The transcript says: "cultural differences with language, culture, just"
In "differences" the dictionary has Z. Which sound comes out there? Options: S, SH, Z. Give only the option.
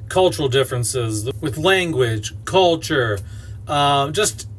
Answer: Z